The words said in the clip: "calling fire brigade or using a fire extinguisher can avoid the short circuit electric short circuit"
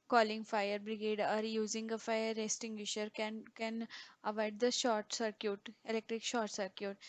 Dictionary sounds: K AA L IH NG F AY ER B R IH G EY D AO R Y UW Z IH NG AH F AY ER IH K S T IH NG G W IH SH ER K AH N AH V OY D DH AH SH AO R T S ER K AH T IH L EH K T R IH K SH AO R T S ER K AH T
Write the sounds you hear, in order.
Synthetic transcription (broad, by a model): K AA L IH NG F AY ER B R IH G EY D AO R Y UW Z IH NG AH F AY ER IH S T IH NG G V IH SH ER K AH N AH V OY D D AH SH AO R T S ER K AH T IH L EH K T R IH K SH AO R T S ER K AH T